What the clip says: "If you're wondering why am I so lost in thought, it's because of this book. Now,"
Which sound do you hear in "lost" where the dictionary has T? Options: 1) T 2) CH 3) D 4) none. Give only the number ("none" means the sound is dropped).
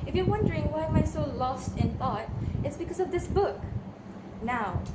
1